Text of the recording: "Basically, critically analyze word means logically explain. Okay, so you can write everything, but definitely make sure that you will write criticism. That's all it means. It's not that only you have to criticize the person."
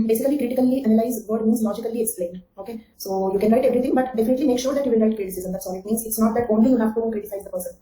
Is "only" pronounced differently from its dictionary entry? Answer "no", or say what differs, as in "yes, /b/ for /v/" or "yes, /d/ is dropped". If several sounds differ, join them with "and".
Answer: no